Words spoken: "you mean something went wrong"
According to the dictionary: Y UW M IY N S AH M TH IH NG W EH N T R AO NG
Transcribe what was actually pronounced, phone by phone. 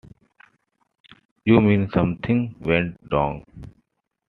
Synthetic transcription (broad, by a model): Y UW M IY N S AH M T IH NG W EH N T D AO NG